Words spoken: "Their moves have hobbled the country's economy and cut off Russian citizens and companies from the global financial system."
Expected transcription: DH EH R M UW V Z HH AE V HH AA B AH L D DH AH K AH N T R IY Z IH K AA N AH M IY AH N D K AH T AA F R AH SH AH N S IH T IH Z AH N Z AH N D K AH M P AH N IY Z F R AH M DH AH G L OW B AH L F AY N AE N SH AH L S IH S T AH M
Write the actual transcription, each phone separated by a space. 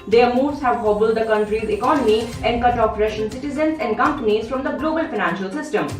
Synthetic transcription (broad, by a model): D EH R M UW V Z HH AE V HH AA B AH L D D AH K AH N T R IY Z IH K AA N AH M IY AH N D K AH T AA P R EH SH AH N S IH T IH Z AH N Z AH N D K AH M P AH N IY Z F R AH M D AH G L OW B AH L F AY N AE N SH AH L S IH S T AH M